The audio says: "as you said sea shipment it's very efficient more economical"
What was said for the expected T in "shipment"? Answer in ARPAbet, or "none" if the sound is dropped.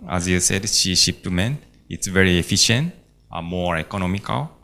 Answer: none